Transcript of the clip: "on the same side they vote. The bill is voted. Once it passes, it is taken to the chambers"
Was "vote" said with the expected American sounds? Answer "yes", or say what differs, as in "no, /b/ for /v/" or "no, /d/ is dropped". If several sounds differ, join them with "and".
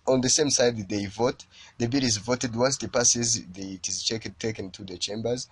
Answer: yes